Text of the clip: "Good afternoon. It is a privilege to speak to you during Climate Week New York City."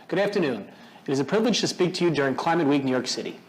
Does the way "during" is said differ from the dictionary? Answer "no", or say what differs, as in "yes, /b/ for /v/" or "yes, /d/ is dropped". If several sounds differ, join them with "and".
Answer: no